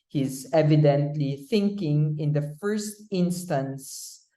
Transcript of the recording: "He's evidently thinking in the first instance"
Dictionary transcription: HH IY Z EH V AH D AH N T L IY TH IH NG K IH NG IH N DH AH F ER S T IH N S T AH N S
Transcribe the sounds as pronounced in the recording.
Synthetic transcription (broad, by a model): HH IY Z EH V AH D AH N T L IY TH IH NG K IH NG IH N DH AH F ER S T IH N S T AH N S